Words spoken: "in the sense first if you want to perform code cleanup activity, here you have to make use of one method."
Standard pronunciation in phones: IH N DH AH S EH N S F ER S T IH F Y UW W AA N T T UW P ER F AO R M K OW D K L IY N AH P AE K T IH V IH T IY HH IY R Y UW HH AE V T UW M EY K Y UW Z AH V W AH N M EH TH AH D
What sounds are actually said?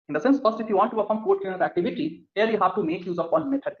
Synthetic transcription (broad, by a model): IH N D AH S EH N S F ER S T IH F Y UW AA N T T UW P ER F AO R M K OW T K IY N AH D AE K T IH V IH T IY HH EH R Y UW HH AE V T UW M EY K Y UW Z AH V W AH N M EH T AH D